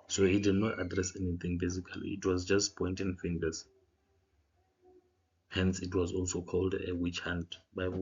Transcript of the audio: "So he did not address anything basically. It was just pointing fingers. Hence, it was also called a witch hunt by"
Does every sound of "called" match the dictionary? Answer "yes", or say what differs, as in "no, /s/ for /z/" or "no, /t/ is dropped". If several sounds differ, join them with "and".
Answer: yes